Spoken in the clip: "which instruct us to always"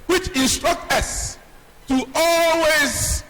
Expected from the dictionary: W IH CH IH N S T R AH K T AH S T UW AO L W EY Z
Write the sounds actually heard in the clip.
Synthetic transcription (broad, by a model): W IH CH IH N S T R AH K T AH S T UW AO L W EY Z